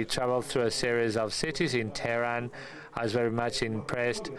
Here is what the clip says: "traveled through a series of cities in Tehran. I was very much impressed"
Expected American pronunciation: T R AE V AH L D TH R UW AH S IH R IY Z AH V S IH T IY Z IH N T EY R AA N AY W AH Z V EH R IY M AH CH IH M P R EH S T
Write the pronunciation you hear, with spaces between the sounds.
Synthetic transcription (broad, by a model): T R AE V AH L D TH R UW AH S IH R IY Z AH V S IH T IY Z IH N T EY R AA N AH Z V EH R IY M AH CH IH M P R EH S T